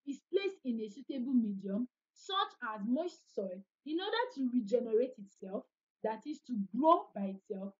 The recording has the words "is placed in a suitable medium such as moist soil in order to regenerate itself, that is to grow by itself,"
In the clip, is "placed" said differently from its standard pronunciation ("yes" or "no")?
yes